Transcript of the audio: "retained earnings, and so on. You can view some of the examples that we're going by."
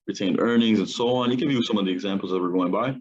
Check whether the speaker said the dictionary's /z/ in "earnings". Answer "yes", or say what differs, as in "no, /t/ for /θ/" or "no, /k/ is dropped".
yes